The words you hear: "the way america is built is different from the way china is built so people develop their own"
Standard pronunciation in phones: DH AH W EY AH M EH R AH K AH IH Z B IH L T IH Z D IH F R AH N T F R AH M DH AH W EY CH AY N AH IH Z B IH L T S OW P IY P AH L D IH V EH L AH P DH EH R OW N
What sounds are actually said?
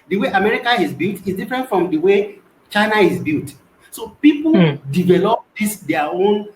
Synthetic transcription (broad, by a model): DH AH W EY AH M EH R AH K AH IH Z B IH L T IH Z D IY F R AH N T F R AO M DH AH W EY CH AY N AH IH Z B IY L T S OW P IY P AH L D IH V EH L AH P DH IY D OW N